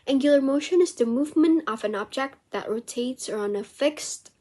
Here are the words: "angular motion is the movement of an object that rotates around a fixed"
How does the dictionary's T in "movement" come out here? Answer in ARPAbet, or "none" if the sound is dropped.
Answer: T